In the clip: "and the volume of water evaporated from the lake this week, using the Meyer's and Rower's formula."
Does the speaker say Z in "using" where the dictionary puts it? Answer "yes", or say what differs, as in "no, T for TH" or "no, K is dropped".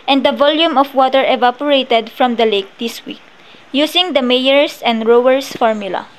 no, S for Z